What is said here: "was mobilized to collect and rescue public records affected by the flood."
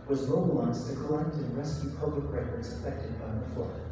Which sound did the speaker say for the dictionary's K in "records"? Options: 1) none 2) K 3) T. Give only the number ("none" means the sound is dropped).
1